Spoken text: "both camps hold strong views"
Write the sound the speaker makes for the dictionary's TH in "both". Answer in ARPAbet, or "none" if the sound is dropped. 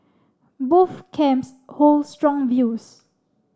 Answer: F